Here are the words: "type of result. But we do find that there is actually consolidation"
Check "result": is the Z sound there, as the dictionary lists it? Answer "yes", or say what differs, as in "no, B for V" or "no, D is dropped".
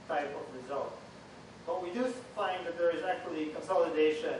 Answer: yes